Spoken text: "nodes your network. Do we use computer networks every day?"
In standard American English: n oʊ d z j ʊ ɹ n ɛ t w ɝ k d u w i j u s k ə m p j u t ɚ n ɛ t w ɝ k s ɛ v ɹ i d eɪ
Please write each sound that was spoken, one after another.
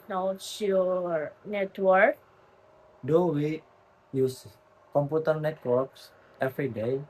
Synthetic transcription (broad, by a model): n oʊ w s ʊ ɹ n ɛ t w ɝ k d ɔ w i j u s k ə m p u t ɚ n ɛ t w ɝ k s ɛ f ɹ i d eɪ